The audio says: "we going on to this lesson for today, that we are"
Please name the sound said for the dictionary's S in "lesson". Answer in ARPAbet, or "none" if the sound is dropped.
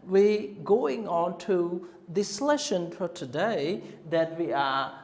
SH